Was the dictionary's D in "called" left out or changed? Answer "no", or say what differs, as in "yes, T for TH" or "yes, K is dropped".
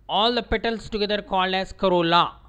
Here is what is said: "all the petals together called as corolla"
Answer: yes, D is dropped